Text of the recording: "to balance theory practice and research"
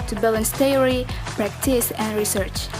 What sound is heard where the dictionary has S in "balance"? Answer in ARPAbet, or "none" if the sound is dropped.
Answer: S